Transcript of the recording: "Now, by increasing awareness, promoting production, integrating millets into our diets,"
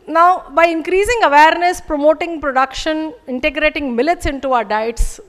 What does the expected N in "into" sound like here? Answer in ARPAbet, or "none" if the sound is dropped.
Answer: N